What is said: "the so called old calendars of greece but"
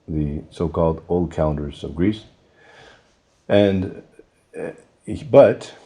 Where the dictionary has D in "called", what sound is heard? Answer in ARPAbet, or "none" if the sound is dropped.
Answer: D